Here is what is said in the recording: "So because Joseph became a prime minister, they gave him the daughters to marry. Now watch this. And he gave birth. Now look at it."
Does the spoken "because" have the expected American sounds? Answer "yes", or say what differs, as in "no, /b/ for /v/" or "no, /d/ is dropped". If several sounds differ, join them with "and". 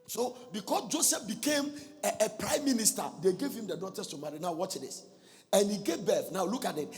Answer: no, /s/ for /z/